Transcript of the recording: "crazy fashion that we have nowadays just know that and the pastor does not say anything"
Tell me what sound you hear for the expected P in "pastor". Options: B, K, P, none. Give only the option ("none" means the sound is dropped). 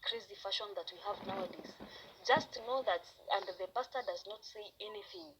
B